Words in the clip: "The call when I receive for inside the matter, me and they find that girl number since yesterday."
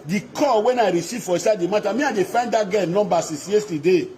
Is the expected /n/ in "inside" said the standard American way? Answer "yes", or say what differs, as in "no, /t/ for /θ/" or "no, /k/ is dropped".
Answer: no, /n/ is dropped